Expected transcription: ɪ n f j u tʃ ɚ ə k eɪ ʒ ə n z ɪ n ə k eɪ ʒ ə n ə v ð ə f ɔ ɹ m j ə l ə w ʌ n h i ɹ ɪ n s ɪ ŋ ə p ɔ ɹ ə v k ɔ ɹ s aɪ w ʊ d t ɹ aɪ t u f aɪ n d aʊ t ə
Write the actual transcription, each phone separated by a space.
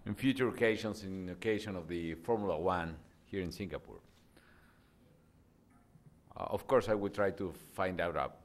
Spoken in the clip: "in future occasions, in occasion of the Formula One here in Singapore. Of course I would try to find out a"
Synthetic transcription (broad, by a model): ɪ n f j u tʃ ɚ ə k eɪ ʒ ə n s ɪ n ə k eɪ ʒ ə n ə v ð ə f ɔ ɹ m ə l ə w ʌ n h i ɹ ɪ n s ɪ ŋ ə p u ɹ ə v k ɔ ɹ s aɪ w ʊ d t ɹ aɪ t u f aɪ n d aʊ t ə